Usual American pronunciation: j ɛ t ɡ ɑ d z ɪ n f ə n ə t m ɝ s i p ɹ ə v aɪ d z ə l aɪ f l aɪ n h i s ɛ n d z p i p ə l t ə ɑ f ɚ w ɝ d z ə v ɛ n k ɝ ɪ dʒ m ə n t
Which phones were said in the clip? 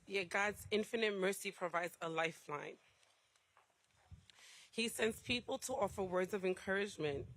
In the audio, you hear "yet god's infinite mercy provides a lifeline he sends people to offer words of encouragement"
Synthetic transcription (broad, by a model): j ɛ ɡ ɑ d z ɪ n f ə n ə t m ɝ s i p ɹ ə v aɪ d z ə l aɪ f l aɪ n h i s ɛ n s p i p ə l t ə ɑ f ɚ w ɝ d z ə v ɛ n k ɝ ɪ dʒ m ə n t